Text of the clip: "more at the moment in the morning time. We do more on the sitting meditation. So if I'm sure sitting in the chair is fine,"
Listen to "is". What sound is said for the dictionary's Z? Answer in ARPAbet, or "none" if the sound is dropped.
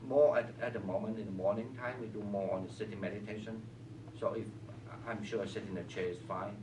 S